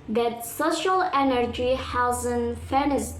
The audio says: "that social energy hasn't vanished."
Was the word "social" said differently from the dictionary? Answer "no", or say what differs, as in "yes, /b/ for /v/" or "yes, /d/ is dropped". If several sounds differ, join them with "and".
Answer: no